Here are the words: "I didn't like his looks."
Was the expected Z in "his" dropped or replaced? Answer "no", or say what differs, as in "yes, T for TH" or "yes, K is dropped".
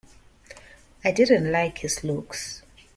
yes, S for Z